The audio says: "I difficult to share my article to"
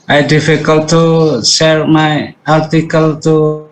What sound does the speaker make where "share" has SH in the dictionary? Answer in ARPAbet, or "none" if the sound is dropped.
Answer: S